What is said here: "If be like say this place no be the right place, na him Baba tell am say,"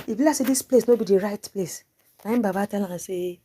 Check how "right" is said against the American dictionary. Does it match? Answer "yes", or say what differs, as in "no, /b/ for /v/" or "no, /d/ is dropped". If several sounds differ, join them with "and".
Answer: yes